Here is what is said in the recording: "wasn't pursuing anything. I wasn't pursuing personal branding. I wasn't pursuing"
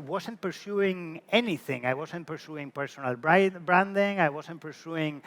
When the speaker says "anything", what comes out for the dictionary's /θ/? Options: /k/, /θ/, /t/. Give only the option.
/θ/